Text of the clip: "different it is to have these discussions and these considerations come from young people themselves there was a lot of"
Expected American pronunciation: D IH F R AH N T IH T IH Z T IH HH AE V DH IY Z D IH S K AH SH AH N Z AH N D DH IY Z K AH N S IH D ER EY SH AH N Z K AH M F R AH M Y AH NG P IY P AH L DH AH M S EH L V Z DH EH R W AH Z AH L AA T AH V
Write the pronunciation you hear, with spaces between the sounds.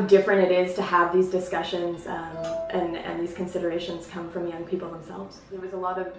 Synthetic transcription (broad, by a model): D IH F R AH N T IH T IH Z T IH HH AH V DH IY Z D IH S K AH SH AH N Z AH N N DH IY Z K AH N S IH D ER EY SH AH N Z K AH M F R AH M Y AH NG P IY P L DH AH M S EH L V Z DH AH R W AH Z AH L AA T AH V